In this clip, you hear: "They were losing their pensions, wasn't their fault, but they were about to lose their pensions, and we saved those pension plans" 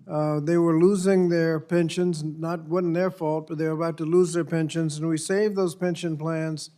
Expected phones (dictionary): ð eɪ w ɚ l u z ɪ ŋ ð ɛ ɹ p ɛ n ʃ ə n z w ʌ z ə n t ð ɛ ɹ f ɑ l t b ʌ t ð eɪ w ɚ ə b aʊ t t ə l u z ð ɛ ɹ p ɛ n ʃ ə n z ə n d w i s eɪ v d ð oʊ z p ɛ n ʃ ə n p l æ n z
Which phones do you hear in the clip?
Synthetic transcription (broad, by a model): ð eɪ w ɚ l u z ɪ ŋ ð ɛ ɹ p ɛ n ʃ ə n z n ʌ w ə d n ð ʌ ɹ f ɑ l t b ʌ t ð eɪ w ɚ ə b aʊ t t ə l u z ð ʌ ɹ p ɛ n ʃ ə n z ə n w i s eɪ v ð oʊ z p ɛ n ʃ ə n p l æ n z